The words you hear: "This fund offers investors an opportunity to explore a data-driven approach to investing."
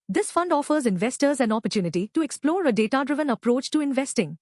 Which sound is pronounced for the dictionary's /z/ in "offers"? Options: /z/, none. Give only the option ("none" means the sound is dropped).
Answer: /z/